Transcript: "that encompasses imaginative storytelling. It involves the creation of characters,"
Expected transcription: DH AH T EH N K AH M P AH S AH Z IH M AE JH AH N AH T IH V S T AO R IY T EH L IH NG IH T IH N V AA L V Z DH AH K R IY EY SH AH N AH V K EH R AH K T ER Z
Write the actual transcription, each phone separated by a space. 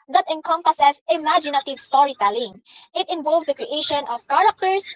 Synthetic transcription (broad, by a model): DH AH T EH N K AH M P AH S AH S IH M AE JH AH N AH T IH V S T AO R IY T EH L IH NG IH T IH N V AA L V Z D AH K R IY EY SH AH N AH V K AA R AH K T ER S